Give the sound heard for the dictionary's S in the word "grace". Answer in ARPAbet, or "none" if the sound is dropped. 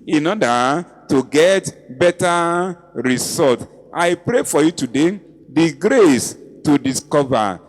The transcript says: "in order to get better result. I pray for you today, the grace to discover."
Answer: S